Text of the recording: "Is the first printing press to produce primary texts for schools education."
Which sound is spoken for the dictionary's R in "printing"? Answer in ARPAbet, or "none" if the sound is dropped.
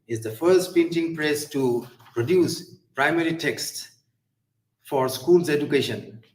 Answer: none